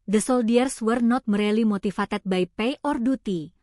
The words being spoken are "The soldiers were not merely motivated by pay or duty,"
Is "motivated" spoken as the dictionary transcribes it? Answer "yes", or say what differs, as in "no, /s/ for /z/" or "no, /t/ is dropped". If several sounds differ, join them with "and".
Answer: no, /f/ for /v/